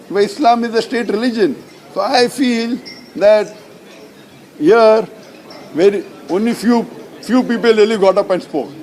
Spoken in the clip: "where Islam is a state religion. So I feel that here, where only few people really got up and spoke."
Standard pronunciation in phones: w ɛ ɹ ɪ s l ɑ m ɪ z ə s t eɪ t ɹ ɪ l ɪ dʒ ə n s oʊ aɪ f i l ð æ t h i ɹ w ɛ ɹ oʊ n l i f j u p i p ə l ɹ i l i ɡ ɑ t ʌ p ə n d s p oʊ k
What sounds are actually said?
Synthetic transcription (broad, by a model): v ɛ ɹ ɪ s l ɑ m ɪ z ə s t eɪ t ɹ ɪ l ɪ dʒ ə n s oʊ aɪ f i l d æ t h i ɹ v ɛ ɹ oʊ n l i f j u p i p ə l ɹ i l i ɡ ɑ t ʌ p ə n d s p oʊ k